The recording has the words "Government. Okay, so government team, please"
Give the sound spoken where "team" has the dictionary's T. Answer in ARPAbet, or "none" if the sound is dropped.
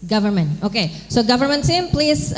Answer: S